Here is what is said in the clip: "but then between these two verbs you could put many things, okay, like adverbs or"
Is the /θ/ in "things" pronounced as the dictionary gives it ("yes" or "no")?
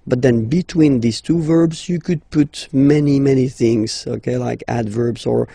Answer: yes